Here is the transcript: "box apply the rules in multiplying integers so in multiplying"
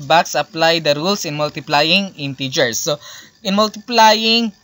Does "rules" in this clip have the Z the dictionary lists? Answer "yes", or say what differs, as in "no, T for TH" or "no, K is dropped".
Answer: no, S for Z